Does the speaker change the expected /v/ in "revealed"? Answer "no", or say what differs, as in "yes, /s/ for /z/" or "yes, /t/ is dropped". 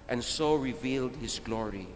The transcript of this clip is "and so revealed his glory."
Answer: no